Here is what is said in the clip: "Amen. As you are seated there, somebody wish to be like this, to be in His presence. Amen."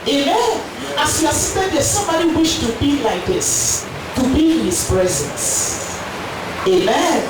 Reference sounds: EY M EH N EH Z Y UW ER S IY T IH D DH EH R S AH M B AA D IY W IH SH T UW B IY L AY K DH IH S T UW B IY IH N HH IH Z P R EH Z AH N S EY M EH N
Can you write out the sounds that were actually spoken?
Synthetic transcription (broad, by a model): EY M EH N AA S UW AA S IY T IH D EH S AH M AA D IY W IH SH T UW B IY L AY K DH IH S T UW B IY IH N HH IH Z P R EH Z AH N S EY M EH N